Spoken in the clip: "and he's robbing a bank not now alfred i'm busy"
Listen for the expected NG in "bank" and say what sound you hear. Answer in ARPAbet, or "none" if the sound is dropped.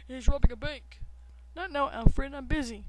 none